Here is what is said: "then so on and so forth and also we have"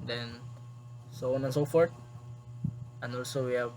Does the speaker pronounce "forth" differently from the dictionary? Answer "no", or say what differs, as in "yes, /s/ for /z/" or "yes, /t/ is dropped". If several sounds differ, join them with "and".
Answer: yes, /t/ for /θ/